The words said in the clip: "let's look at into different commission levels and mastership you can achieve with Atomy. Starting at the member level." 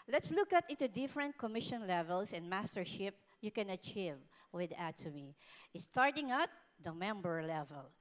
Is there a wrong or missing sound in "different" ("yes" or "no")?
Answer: no